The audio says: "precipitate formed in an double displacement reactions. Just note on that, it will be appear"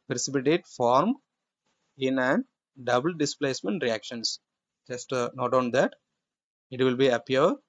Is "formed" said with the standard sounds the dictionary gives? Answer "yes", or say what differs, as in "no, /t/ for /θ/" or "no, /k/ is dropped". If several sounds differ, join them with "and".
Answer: no, /d/ is dropped